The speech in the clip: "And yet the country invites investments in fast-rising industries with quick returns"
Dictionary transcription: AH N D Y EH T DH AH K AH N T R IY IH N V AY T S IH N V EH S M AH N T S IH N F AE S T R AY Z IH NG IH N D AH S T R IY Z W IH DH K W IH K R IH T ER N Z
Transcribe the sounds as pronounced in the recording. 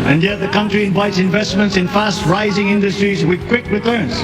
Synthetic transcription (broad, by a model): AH N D Y EH T DH AH K AH N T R IY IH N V AY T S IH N V EH S M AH N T S IH N F AE S T R AY Z IH NG IH N D AH S T R IY Z W IH DH K W IH K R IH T ER N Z